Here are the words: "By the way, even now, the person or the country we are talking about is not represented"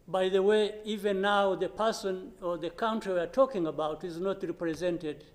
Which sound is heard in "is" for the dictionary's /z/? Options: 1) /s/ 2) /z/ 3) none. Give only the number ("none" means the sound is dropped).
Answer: 2